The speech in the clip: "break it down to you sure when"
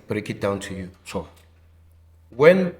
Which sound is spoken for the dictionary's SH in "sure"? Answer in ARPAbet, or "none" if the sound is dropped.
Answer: S